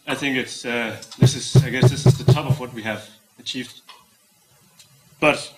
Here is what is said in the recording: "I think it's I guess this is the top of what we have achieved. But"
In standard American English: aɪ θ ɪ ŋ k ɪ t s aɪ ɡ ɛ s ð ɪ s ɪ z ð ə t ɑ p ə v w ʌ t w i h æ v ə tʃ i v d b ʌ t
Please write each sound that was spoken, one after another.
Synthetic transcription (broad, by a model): aɪ θ ɪ ŋ k ɪ t s aɪ ɡ ɛ s ð ɪ s ɪ z ð ə t ɑ p ə v w ʌ t w i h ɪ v ə tʃ i v d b ʌ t